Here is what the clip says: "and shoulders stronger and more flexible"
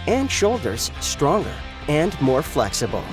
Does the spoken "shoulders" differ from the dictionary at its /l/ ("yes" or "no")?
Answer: no